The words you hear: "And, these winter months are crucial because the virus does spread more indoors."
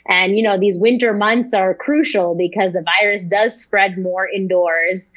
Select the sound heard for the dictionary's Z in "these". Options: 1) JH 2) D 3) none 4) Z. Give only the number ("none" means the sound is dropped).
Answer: 4